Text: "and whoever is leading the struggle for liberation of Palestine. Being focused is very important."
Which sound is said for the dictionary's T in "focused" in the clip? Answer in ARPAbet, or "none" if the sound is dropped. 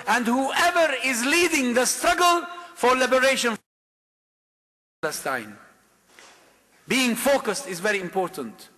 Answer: T